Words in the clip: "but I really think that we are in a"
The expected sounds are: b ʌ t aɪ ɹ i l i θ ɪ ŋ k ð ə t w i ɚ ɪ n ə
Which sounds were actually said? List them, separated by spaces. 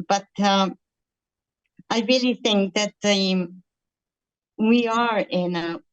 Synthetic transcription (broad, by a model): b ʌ t aɪ ɹ i l i θ ɪ ŋ k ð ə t w i ɚ ɪ n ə